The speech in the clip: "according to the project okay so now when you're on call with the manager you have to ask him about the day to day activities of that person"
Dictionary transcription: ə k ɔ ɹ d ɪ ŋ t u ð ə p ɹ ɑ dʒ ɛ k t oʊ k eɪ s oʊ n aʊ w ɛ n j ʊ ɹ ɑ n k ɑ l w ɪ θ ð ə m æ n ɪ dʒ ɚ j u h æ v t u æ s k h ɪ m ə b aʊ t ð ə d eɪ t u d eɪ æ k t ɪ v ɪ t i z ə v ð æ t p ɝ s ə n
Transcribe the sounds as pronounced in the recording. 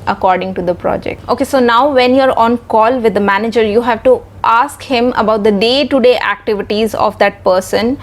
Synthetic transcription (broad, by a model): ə k ɔ ɹ d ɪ ŋ t u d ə p ɹ ɑ dʒ ɛ k t oʊ k eɪ s oʊ n aʊ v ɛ n j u ɹ ɑ n k ɑ l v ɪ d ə m æ n ɪ dʒ ɚ j u h æ v t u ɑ s k h ɪ m ə b aʊ t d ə d eɪ t u d eɪ æ k t ɪ v ɪ t i z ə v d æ t p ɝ s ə n